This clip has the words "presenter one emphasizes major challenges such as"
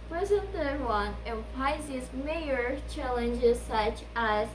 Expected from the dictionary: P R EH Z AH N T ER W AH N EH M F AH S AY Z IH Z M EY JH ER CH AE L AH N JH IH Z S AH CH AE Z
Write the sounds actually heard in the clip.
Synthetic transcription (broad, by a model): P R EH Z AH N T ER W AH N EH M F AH IH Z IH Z M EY ER CH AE L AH N JH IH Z S AH CH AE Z